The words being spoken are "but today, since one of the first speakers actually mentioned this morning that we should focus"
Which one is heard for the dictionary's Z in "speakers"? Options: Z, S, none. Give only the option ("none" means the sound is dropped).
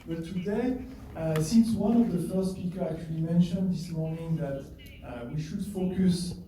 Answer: none